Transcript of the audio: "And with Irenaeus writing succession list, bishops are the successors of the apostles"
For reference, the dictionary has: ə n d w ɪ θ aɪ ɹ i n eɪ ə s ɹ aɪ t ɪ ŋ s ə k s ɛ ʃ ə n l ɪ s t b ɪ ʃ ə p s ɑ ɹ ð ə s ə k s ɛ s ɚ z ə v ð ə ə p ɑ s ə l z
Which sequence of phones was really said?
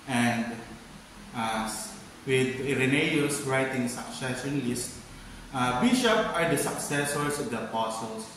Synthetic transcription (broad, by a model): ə n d w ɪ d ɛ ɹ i n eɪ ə s ɹ aɪ t ɪ ŋ s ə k s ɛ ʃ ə n l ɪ s t b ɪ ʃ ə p ɑ ɹ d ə s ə k s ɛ s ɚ s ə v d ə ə p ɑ s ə l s